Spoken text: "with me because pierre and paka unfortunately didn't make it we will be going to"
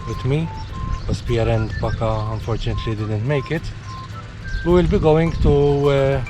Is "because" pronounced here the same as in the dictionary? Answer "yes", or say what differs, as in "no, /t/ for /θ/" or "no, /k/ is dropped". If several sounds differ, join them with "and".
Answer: no, /s/ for /z/